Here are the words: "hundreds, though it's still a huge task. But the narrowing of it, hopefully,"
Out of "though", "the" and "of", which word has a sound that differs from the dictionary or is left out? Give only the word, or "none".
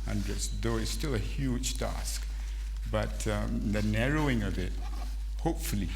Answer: none